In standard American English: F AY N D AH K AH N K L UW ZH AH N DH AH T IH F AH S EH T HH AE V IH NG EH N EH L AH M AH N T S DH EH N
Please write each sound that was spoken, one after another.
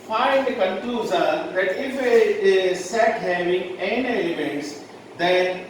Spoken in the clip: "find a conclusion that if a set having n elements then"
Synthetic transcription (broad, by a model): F AY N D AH K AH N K UW Z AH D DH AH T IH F AH S EH T HH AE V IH NG EH N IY AH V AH N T S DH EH N